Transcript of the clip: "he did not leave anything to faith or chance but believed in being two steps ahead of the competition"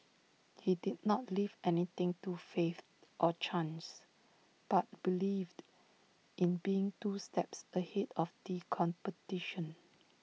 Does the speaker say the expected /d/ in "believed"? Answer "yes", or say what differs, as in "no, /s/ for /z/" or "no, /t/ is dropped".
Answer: yes